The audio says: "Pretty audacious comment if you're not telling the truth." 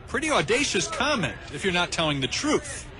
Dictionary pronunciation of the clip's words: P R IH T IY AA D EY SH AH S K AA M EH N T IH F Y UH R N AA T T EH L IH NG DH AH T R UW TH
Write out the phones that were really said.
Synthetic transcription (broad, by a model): P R IH T IY AA D EY SH AH S K AA M EH N T IH F Y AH R N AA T T EH L IH NG DH AH T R UW TH